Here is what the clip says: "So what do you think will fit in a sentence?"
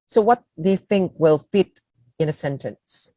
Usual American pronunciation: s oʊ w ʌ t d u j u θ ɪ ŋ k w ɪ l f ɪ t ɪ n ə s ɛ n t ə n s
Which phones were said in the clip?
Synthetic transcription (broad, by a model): s oʊ w ʌ t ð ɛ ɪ θ ɪ ŋ k w ɪ l f ɪ t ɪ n ə s ɛ n t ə n s